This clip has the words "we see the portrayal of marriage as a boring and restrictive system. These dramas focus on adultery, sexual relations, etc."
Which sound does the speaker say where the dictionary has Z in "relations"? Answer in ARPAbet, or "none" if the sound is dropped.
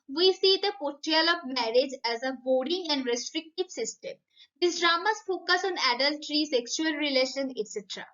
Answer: none